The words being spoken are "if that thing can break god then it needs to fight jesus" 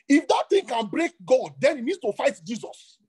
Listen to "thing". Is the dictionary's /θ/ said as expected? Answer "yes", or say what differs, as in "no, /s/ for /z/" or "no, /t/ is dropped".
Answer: no, /t/ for /θ/